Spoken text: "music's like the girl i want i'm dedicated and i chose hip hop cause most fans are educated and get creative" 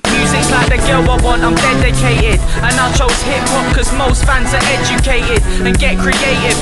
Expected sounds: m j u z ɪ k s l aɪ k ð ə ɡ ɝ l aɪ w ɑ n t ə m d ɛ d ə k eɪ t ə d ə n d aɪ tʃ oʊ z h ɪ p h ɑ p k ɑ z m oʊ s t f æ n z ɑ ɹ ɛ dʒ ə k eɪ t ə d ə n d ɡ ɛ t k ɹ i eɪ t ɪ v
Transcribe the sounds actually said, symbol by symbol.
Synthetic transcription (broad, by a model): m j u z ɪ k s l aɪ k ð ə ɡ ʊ w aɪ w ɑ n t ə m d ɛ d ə k eɪ t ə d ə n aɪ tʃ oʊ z h ɪ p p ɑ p k ɑ z m oʊ s t f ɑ n z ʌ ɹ ɛ dʒ ə k eɪ t ə d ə n ɡ ɛ t k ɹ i eɪ t ɪ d